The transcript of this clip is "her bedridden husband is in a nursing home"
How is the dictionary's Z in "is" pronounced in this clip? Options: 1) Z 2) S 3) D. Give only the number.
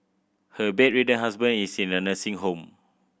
2